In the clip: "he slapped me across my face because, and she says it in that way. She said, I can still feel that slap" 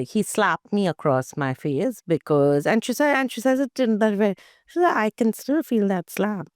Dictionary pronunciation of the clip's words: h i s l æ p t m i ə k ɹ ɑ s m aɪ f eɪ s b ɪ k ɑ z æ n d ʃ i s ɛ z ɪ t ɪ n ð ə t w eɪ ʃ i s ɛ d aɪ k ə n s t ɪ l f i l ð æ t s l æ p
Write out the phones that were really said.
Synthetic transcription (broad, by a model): h i s l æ p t m i ə k ɹ ɑ s m aɪ f eɪ s b ɪ k ɑ z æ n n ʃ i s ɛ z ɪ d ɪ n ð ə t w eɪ ʃ i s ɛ aɪ k ə n s t ɪ l f i l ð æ t s l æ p